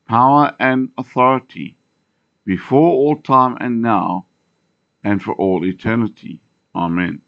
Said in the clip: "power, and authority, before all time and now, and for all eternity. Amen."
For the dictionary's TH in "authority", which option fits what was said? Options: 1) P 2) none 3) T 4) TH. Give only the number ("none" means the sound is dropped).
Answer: 4